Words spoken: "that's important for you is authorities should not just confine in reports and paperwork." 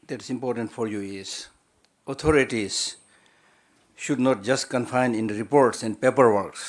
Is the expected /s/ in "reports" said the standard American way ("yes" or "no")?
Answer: yes